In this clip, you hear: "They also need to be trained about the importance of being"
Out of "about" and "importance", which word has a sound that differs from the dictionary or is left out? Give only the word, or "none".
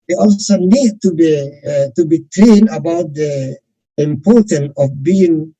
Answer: importance